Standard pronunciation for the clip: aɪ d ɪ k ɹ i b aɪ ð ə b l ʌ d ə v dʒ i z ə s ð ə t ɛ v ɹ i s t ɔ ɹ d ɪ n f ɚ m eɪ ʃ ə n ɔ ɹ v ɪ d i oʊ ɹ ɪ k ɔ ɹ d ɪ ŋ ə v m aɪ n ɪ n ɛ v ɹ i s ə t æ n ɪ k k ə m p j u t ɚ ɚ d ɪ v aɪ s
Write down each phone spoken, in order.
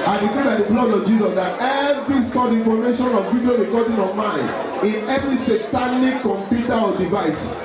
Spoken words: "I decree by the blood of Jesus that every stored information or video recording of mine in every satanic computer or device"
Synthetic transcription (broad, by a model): aɪ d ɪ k i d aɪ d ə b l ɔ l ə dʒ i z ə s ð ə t ɛ v ɹ i s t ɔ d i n f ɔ m eɪ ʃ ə n ɔ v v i d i oʊ ɹ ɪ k ɔ d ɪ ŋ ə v m aɪ n ɪ n ɛ v ɹ i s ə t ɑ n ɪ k k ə m p j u t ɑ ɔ d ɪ v aɪ s